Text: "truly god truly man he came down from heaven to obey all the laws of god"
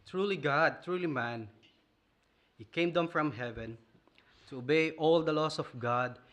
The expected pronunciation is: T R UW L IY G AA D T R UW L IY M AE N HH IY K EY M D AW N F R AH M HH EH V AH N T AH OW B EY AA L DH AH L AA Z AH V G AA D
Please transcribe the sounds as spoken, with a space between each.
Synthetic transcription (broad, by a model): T R UW L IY G AA D T R UW L IY M AE N HH IY K EY M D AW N F R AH M HH EH V AH N T AH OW B EY AA L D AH L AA S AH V G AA D